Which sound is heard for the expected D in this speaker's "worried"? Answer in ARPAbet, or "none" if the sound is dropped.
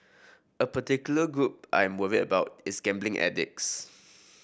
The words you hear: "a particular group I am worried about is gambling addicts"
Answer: none